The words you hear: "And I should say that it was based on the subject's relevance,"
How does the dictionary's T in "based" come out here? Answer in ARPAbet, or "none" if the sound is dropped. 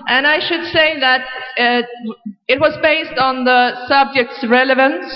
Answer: T